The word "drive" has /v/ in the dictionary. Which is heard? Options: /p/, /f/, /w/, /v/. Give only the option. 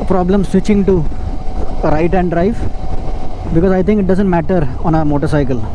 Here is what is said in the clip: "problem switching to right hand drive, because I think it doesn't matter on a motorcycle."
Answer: /f/